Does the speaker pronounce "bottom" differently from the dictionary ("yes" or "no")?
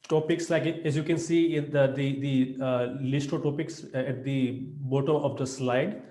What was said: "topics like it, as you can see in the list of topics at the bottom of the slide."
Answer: yes